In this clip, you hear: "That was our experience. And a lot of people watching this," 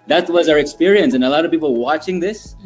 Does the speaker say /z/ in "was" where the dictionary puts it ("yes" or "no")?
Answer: yes